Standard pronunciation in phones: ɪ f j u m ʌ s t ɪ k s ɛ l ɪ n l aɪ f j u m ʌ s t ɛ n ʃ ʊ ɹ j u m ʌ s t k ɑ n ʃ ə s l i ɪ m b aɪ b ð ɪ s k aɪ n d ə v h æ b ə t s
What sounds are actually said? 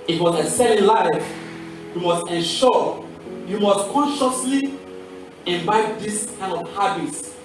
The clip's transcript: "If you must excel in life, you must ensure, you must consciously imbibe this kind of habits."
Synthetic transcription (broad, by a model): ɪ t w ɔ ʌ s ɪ s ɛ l ɪ n l aɪ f j u m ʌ s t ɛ n ʃ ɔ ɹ j u m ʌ s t k ɑ n ʃ ə s l i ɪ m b aɪ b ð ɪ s k aɪ n d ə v h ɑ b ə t s